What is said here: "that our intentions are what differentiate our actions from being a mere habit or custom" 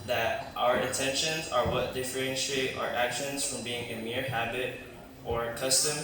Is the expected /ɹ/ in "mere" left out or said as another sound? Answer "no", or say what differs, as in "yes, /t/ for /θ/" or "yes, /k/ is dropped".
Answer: no